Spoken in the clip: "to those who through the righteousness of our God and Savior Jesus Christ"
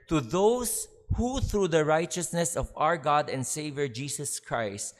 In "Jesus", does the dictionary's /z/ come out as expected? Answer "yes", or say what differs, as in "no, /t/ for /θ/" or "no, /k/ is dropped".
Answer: no, /s/ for /z/